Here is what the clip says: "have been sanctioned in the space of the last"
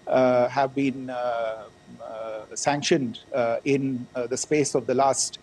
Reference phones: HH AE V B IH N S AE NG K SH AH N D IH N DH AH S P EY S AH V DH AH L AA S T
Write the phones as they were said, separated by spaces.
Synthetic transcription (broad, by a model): HH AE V B IH N S AE NG K SH AH N D IH N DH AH S P EY S AH V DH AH L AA S T